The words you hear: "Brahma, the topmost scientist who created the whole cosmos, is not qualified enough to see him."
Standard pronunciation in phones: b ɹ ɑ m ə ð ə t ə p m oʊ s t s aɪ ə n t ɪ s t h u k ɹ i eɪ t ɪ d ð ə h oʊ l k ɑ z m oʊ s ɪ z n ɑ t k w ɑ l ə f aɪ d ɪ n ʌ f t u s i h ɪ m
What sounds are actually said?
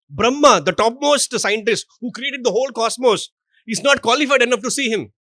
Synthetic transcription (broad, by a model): b ɹ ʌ m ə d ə t ə p m oʊ s t s aɪ ə n t ɪ s t h u k ɹ i eɪ t ɪ d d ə h oʊ l k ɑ s m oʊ s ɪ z n ɑ t k w ɑ l ə f aɪ d ɪ n ʌ f t u s i h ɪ m